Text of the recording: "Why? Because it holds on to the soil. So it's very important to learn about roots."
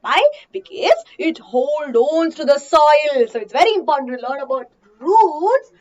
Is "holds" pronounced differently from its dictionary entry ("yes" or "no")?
yes